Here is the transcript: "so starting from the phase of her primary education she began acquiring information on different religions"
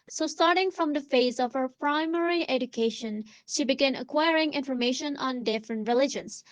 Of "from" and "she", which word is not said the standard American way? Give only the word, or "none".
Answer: none